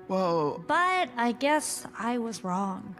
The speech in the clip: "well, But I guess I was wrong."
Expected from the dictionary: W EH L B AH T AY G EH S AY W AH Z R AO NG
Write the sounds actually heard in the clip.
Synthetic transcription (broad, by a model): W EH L B AH T AY G EH S AY W AH Z R AO NG